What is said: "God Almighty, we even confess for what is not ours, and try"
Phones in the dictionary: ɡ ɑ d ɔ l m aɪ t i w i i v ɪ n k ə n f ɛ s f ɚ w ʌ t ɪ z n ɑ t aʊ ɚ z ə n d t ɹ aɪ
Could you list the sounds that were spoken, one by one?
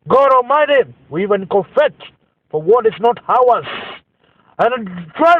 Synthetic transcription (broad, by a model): ɡ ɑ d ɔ m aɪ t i w i i v ɪ n k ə f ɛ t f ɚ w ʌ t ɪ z n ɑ t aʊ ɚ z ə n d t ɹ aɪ